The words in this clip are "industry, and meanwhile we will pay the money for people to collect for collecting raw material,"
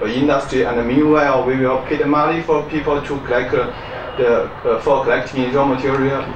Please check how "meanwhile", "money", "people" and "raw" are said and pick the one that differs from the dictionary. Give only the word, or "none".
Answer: money